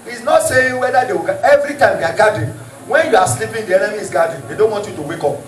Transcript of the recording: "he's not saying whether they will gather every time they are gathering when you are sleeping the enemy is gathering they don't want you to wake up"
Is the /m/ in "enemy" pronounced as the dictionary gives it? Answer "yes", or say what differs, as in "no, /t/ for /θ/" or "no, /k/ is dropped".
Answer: no, /m/ is dropped